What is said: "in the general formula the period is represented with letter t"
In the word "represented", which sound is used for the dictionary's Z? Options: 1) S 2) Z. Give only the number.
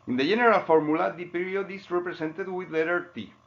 1